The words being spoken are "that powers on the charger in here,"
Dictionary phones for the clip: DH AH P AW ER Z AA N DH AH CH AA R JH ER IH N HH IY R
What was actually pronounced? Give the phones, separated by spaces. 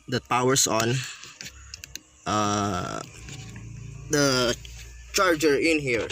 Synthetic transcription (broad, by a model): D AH P AW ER S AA N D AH CH AA R JH ER IH N HH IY R